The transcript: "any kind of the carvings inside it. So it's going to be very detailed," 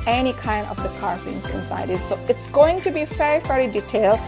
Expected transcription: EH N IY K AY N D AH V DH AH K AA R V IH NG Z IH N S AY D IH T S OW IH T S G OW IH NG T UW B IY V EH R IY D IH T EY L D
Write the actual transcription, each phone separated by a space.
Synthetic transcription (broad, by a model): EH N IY K AY N D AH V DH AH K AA R F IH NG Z IH N S AY D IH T S OW IH T S G OW IH NG T UW B IY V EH R IY D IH T EY L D